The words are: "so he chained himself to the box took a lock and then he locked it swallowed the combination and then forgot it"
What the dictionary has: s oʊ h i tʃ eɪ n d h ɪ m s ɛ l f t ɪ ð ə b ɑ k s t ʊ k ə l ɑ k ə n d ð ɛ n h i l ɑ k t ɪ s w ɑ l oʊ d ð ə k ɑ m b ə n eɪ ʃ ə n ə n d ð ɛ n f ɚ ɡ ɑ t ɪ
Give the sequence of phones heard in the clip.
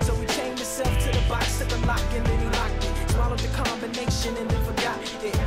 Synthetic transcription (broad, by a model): s oʊ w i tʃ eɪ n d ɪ s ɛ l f t ɪ ð ə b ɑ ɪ s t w ə l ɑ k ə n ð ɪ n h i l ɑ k ɪ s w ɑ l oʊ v ð ə k ɑ m b ə n eɪ ʃ ə n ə n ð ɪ f ɚ ɡ ɑ t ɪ